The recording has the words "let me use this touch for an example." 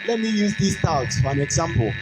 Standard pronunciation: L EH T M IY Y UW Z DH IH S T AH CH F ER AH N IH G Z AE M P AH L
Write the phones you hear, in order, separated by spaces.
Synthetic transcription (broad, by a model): L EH T M IY Y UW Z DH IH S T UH S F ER AH N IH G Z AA M P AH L